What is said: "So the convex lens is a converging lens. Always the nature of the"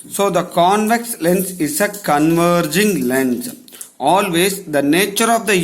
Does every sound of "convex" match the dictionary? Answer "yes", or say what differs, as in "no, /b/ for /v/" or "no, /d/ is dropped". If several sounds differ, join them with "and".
yes